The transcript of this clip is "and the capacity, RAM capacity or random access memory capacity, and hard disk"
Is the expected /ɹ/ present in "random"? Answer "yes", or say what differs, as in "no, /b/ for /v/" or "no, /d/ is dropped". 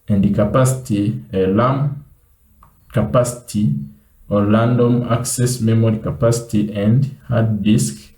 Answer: no, /l/ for /ɹ/